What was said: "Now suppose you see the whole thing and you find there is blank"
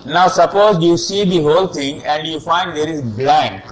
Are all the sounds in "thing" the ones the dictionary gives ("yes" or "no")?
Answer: no